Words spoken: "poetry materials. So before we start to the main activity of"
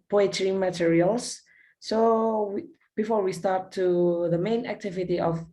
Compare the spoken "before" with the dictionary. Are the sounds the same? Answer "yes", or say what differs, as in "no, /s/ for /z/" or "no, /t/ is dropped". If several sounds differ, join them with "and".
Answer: yes